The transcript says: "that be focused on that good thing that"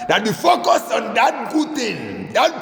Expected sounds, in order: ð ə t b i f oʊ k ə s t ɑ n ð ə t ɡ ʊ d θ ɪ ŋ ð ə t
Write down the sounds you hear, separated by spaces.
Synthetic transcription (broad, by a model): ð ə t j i f oʊ k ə s ɑ n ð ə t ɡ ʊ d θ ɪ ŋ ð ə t